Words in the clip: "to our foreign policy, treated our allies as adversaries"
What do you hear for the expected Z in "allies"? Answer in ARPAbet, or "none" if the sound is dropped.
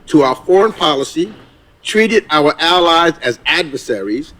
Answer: Z